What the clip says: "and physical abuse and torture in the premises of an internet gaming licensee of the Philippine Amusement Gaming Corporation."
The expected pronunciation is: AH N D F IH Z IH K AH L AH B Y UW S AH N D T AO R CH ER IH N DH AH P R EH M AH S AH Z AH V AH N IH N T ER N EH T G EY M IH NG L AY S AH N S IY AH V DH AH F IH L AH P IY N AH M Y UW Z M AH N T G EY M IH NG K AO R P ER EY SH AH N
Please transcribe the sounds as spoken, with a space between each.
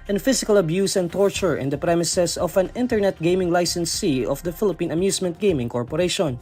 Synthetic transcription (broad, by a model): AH N F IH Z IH K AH L AH B Y UW S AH N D T AO R CH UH IH N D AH P R EH M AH S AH S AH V AH N IH N T ER N EH T G EY M IH NG L AY S AH N S IY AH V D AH F IH L AH P IY N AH M Y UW S M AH N T G EY M IH NG K AO R P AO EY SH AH N